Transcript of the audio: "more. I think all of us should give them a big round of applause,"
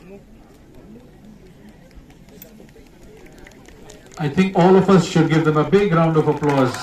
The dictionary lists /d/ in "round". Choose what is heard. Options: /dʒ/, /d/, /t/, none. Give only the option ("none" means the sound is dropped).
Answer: /d/